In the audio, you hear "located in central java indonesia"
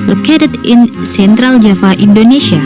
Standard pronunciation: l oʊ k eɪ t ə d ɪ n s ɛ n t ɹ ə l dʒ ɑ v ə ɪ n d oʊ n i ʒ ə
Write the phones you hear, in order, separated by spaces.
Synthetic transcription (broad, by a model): l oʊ k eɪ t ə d ɪ n s ɛ n t ɹ ə l dʒ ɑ f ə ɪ n d oʊ n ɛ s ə